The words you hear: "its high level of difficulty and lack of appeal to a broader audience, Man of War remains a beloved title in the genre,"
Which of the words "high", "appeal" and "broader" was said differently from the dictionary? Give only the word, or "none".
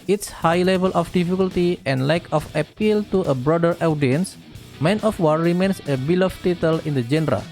none